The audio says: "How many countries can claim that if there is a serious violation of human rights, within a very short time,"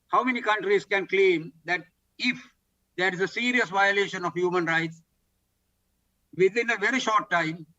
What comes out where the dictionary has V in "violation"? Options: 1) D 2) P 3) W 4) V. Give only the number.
4